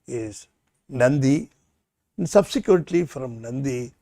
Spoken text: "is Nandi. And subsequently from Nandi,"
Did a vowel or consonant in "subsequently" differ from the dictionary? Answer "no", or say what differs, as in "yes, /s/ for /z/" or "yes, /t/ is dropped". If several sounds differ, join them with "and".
yes, /n/ is dropped